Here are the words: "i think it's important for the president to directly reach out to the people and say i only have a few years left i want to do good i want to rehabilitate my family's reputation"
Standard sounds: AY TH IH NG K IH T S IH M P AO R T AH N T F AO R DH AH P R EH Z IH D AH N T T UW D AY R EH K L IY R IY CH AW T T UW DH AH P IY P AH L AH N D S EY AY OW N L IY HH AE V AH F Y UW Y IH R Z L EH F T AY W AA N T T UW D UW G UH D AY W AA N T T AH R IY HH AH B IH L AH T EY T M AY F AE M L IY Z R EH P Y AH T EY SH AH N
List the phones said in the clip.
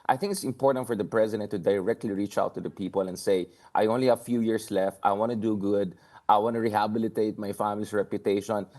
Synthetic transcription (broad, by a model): AY TH IH NG K IH T S IH M P AO R T AH N T F AO R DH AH P R EH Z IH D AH N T T UW D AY R EH K L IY R IY CH AW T T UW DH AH P IY P AH L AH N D S EY AY OW N L IY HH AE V F Y UW Y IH R S L EH F T AY W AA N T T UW D UW G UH D AY W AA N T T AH R IY HH AH B IH L AH T EY T M AY F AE M L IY S R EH P Y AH T EY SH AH N